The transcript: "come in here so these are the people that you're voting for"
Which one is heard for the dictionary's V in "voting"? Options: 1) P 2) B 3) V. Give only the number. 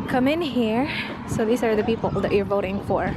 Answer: 3